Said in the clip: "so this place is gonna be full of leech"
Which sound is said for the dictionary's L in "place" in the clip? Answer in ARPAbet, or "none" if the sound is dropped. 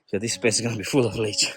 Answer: none